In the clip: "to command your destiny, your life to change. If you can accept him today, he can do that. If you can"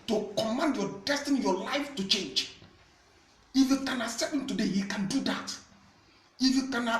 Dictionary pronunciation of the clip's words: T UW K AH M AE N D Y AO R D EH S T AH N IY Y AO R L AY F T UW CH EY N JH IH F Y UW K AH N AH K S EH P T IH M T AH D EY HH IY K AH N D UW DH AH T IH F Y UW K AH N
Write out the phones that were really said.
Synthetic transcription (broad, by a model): T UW K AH M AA N D Y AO D EH S T AH N IY Y AO L AY F T UW CH EY N JH IH F Y UW K AH N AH S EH T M T AH D EY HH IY K AH N D UW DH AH T IH F Y UW K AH N